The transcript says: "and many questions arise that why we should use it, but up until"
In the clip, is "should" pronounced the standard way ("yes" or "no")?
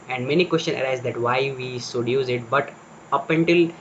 no